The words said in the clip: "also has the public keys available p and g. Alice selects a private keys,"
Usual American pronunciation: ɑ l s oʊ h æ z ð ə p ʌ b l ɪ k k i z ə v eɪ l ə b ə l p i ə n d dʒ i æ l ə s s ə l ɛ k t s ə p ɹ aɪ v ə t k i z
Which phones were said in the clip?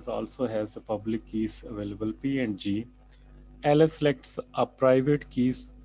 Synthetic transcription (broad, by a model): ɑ l s oʊ h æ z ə p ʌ b l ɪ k k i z ə v eɪ l ə b ə l p i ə n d dʒ i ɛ l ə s s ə l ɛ k t s ə p ɹ aɪ v ə t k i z